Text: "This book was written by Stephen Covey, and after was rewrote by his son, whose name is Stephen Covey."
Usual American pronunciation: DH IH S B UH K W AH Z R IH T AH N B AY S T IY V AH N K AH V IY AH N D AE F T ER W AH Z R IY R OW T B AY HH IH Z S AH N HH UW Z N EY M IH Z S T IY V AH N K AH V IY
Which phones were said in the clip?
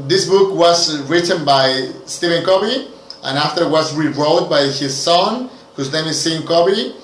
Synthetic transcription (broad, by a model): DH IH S B UH K W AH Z R IH T AH N B AY S T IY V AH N K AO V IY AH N AE F T ER W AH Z R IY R OW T B AY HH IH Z S AH N HH UW Z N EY IH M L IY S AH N K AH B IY